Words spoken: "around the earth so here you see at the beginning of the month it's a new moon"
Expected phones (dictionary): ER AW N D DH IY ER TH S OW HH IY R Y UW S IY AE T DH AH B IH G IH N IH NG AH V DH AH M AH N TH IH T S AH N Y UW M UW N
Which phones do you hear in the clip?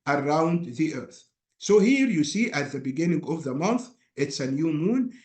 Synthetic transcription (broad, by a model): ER AW N D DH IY ER TH S OW HH IY R Y UW S IY AE T DH AH B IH G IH N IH NG AH V DH AH M AH N TH IH T S AH N Y UW M UW N